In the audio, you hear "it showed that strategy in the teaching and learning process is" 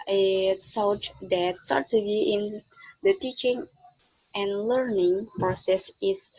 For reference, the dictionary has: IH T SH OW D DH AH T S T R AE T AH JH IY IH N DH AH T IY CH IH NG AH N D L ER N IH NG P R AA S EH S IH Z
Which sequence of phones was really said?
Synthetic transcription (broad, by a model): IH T S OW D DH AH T S T R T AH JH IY IH N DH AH T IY CH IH NG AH N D L ER N IH NG P R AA S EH S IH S